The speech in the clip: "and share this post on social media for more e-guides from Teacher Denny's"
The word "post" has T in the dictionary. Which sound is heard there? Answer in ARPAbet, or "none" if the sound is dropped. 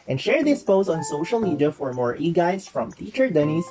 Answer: none